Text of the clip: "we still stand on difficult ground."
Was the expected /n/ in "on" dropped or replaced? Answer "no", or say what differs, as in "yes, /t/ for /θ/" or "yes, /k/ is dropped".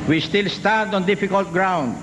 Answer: no